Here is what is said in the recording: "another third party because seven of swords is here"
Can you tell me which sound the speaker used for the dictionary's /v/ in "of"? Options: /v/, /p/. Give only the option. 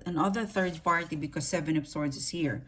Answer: /p/